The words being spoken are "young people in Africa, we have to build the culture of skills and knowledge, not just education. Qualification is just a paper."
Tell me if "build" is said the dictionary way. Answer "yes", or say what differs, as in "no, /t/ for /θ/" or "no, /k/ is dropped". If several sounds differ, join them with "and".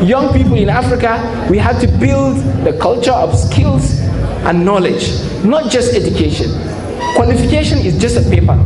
yes